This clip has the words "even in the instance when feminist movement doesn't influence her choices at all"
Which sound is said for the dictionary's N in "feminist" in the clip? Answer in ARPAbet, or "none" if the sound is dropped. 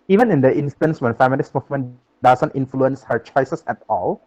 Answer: L